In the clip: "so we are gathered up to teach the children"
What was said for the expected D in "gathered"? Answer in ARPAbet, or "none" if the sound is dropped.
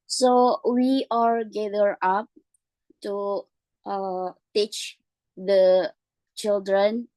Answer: none